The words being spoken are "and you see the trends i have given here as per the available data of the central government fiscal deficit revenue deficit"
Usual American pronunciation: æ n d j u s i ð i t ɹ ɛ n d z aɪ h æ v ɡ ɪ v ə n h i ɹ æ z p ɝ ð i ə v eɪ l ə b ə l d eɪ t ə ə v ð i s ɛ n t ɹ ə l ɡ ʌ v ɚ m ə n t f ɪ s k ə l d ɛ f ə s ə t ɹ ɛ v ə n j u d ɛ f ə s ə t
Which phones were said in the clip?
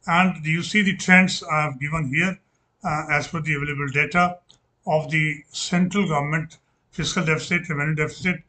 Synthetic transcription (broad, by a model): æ n d j u s i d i t ɹ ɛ n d s aɪ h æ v ɡ ɪ v ə n h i ɹ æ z f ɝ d i ə v eɪ l ə b ə l d eɪ t ə ə v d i s ɛ n t ɹ ə l ɡ ʌ v ɚ m ə n t f ɪ s k ə l d ɛ f ə s ə t ɹ ɛ v ə n j u d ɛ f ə s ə t